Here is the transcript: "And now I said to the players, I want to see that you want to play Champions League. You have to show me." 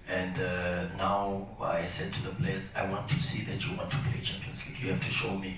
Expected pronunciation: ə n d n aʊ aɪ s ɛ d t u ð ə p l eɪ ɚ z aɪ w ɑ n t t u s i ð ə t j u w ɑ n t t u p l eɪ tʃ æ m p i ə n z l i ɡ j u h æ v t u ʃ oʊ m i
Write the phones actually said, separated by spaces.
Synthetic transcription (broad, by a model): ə n d n aʊ aɪ s ɛ d t u ð ə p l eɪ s aɪ w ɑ n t t u s i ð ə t j u w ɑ n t t u p l eɪ tʃ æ m p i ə n s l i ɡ j u h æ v t u ʃ oʊ m i